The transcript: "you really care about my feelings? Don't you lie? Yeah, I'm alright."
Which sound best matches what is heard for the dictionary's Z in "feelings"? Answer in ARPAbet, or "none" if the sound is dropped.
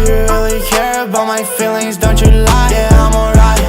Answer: Z